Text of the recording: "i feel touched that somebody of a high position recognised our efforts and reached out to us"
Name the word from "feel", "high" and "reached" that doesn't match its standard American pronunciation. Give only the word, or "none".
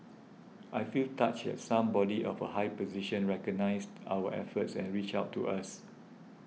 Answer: reached